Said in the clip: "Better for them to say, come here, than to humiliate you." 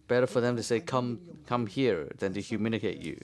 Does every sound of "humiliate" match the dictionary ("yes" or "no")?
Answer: no